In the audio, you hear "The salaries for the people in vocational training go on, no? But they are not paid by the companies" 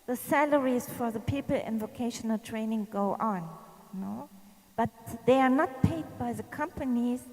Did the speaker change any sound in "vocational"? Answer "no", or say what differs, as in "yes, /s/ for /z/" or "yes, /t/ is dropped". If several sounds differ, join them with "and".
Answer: no